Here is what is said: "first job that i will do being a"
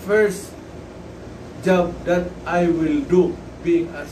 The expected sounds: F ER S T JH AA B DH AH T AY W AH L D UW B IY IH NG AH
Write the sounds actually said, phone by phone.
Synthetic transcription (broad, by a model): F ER S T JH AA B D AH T AY W AH L D UW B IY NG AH